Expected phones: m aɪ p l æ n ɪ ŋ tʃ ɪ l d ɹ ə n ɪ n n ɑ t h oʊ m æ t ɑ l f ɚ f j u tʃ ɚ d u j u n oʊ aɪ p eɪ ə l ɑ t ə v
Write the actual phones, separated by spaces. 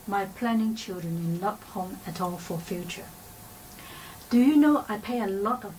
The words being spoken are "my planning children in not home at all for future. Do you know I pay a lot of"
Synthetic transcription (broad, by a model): m aɪ p l æ n ɪ ŋ tʃ ɪ l d ɹ ə n ɪ n l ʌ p h oʊ m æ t ɑ l f ɚ f j u tʃ ɚ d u j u n oʊ aɪ p eɪ ə l ɑ t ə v